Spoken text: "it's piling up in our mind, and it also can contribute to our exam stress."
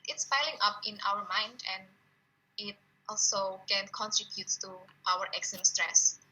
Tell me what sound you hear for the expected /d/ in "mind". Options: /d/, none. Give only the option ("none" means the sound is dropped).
/d/